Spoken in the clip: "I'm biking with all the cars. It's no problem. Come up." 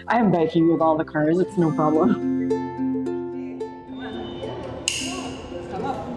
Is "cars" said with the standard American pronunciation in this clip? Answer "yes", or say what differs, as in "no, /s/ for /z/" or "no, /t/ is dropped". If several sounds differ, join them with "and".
yes